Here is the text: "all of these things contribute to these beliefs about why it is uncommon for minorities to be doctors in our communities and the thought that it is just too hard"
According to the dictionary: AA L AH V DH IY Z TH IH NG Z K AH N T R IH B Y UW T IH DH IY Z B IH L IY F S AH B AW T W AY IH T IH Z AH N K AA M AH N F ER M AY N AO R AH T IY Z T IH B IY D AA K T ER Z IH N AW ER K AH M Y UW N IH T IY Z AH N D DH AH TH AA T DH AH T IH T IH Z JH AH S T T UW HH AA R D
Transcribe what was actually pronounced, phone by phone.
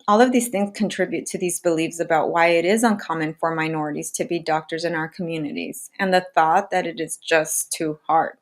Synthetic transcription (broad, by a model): AA L AH V DH IY Z TH IH NG Z K AH N T R IH B Y UW T IH DH IY Z B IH L IY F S AH B AW T W AY IH T IH Z AH N K AA M AH N F ER M AY N AO R AH T IY Z T IH B IY D AA K T ER Z IH N AW ER K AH M Y UW N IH T IY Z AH N DH AH TH AA T DH AH T IH T IH Z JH AH S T T UW HH AA R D